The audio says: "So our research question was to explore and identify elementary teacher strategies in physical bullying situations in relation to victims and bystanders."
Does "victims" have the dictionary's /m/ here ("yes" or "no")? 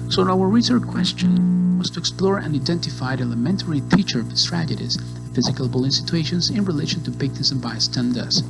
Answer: no